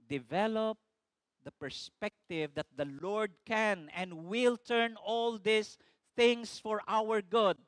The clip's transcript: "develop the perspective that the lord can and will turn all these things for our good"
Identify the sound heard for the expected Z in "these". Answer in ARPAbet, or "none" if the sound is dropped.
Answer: S